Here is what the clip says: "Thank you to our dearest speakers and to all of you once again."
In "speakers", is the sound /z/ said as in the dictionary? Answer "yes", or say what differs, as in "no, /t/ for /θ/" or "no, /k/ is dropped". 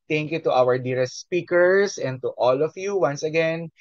no, /s/ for /z/